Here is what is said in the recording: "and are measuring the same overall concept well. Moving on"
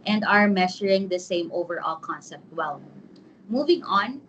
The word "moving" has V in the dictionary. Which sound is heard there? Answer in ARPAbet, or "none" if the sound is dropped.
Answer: V